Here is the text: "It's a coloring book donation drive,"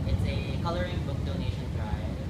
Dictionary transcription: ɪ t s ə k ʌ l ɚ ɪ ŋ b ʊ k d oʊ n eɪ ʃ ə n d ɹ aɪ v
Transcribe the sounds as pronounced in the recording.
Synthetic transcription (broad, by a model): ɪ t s ə k ʌ l ɚ ɪ ŋ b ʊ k d oʊ n eɪ ʃ ə n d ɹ aɪ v